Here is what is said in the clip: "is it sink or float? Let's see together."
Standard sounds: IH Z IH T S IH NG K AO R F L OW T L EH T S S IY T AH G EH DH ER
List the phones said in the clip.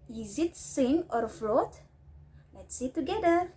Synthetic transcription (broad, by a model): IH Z IH T S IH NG AO R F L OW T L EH T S S IY T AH G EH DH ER